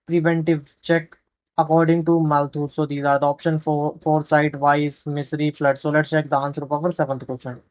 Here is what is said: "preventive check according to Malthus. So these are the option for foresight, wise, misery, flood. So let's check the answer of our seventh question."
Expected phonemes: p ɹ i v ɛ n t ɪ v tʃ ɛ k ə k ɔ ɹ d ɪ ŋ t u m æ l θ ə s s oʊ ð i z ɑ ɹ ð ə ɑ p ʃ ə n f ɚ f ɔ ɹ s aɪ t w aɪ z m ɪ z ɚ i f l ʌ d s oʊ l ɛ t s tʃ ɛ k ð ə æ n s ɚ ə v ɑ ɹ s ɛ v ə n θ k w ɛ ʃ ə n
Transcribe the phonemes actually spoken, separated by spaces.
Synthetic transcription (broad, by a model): p ɹ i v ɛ n t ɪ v tʃ ɛ k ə k ɔ ɹ d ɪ ŋ t u m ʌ l t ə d s oʊ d i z ɑ ɹ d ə ɑ p ʃ ə n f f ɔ ɹ s aɪ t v aɪ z m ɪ s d i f l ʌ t s oʊ l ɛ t tʃ ɛ k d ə n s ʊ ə p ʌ ɹ s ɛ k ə n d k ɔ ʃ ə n